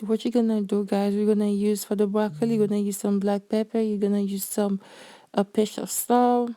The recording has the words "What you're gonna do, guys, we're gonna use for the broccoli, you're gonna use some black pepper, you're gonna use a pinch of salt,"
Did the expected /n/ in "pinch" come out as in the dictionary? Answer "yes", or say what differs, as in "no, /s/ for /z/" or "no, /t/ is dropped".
no, /n/ is dropped